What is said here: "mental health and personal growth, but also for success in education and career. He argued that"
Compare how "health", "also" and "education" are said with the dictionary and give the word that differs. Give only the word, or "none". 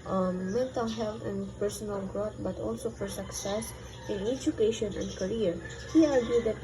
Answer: health